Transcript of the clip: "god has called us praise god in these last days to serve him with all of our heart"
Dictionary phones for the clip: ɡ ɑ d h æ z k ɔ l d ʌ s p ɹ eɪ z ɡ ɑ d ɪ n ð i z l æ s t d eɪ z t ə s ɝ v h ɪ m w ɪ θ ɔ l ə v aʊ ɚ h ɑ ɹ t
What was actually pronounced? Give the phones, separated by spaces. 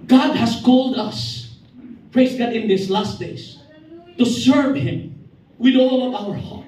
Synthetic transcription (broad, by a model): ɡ ɑ d h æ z k ɔ l d ʌ s p ɹ eɪ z ɡ ɑ d ɪ n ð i s l æ s t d eɪ s t ə s ɝ v h ɪ m w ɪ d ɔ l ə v aʊ ɚ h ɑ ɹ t